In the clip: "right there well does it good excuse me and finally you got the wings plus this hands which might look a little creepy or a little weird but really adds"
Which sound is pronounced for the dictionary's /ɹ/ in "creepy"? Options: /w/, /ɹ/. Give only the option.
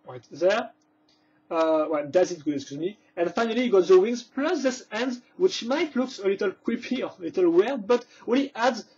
/w/